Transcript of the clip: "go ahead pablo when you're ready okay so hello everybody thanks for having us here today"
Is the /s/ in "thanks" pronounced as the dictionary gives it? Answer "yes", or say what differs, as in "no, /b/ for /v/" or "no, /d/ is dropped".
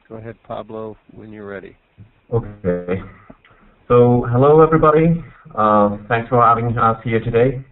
yes